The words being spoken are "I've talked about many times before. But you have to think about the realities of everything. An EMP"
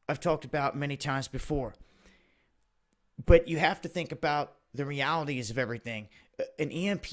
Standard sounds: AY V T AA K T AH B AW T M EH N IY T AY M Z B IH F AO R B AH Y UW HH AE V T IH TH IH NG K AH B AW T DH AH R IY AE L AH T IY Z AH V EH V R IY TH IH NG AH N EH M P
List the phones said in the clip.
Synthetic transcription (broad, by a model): AY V T AA K T AH B AW T M EH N IY T AY M Z B IH F AO R B AH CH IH HH AE F T IH TH IH NG K AH B AW T DH AH R IY AE L AH T IY Z AH V EH V R IY TH IH NG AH N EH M P